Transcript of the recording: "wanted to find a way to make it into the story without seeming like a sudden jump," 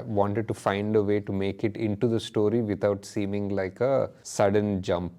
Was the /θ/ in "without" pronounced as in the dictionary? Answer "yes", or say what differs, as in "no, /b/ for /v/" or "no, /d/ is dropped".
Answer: no, /t/ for /θ/